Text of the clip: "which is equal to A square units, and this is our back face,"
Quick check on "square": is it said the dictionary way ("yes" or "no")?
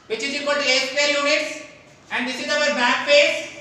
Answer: no